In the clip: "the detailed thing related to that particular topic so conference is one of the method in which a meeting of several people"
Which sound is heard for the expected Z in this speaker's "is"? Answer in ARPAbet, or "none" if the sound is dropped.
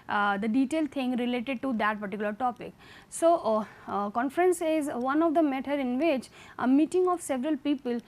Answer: Z